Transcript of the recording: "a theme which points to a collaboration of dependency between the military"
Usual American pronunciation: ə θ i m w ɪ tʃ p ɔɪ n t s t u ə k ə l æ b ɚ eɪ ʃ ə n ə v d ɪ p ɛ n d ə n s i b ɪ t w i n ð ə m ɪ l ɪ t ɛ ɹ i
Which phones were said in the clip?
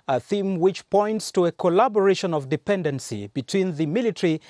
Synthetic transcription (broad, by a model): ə θ i m w ɪ tʃ p ɔɪ n t s t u ə k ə l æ b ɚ eɪ ʃ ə n ə v d ɪ p ɛ n d ə n s i b ɪ t w i n ð ə m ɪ l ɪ t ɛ ɹ i